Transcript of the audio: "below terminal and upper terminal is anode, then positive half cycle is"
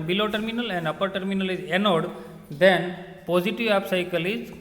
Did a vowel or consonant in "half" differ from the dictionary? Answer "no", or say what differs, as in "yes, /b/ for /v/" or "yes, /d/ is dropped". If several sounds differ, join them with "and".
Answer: yes, /p/ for /f/